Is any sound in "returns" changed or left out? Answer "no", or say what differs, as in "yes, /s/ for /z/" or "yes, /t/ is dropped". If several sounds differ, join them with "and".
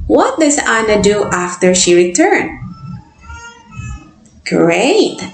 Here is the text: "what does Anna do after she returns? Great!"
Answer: yes, /z/ is dropped